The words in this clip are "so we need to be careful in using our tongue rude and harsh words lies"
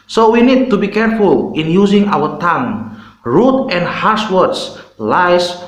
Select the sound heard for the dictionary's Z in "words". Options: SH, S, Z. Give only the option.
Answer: S